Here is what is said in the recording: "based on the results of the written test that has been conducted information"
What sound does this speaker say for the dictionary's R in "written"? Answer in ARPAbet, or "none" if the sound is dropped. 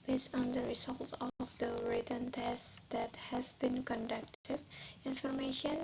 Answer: R